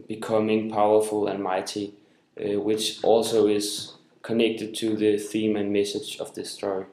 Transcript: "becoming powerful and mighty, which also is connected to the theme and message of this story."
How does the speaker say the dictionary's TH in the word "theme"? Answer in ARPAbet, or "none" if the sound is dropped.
TH